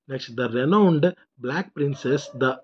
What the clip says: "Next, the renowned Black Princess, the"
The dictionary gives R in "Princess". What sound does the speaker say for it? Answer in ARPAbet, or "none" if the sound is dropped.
R